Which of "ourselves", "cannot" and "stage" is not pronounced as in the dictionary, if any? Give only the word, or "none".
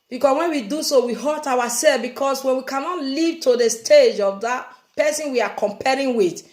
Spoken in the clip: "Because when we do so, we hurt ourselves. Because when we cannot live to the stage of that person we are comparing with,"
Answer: ourselves